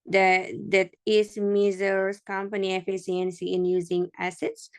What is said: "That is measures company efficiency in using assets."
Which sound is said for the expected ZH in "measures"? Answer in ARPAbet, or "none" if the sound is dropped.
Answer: Z